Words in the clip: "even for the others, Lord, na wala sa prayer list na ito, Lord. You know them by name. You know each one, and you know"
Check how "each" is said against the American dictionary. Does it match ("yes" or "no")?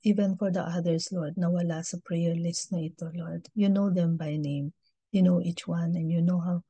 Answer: yes